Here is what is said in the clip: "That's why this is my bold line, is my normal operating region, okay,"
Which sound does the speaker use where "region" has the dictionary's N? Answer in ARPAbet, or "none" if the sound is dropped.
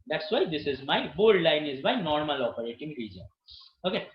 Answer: N